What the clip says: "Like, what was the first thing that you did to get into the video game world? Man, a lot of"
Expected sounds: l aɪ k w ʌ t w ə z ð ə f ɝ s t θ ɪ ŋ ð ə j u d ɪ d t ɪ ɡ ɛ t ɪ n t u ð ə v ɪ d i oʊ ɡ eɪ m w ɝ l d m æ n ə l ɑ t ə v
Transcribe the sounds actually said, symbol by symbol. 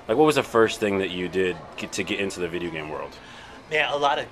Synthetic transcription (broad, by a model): l aɪ k w ʌ t w ə z ð ə f ɝ s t θ ɪ ŋ ð ə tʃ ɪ d ɪ d t ɪ ɡ ɛ t ɪ n t u ð ə v ɪ d i oʊ ɡ eɪ m w ɝ l d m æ ə l ɑ t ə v